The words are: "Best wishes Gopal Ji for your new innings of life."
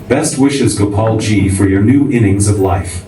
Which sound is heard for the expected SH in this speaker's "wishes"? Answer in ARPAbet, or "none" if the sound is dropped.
SH